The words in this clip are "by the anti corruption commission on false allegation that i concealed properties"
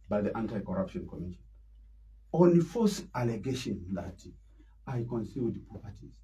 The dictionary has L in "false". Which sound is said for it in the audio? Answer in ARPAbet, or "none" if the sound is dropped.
none